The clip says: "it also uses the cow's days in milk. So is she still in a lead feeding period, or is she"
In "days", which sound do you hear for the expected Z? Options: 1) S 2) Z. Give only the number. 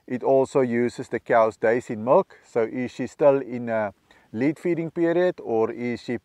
1